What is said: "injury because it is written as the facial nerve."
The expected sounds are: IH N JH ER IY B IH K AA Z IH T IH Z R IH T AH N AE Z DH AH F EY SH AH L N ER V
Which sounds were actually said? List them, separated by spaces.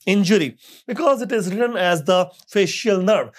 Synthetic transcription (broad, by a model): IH N JH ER IY B IH K AA Z IH T IH Z R IH T AH N AE Z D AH F EY SH AH L N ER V